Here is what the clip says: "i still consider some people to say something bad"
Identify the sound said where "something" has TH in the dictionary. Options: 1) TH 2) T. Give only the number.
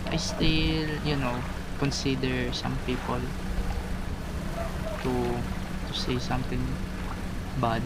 2